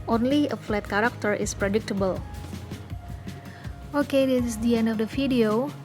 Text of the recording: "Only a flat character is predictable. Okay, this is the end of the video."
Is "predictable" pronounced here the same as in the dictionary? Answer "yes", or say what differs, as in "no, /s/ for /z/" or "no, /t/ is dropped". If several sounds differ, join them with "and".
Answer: yes